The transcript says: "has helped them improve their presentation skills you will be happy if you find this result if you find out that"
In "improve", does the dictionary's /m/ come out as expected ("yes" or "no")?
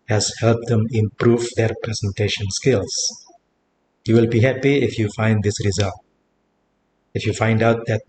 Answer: yes